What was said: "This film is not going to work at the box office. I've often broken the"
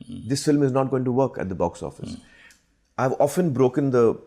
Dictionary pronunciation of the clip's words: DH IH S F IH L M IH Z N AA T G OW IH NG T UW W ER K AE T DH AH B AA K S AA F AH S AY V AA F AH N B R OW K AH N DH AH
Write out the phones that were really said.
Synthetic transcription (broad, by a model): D IH S F IH L M IH Z N AA T G OW IH NG T UW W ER K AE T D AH B AA K S AA F AH S AY V AA F AH N B R OW K AH N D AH